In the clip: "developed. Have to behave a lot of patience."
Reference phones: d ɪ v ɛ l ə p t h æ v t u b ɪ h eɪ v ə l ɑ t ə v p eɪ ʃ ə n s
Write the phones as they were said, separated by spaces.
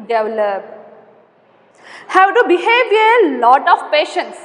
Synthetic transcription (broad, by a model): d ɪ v l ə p h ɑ w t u b ɪ h eɪ v ə l ɑ t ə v p eɪ ʃ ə n s